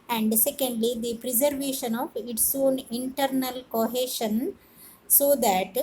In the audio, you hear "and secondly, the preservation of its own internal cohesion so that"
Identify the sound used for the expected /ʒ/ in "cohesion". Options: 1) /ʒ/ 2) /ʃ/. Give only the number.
2